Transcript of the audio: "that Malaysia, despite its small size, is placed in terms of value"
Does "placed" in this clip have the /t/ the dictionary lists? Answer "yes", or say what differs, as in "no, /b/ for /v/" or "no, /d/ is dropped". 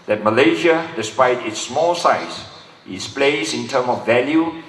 no, /t/ is dropped